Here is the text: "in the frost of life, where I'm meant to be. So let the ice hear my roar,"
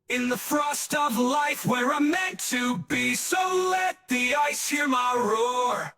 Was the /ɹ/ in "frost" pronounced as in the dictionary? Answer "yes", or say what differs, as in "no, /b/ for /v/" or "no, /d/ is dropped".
yes